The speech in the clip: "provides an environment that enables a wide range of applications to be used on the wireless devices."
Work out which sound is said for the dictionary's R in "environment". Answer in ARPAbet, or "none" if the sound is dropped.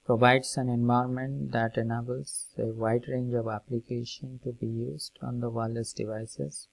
none